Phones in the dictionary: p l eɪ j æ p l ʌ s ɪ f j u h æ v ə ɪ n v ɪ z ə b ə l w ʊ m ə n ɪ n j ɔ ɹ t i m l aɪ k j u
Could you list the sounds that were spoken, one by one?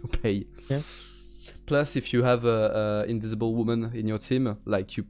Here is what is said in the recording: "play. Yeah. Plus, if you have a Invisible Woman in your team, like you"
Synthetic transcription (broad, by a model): p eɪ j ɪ p l ʌ s ɪ f j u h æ v ə ɪ n v ɪ z ə b ə l w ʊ m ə n ɪ n j ɔ ɹ t i m l aɪ k j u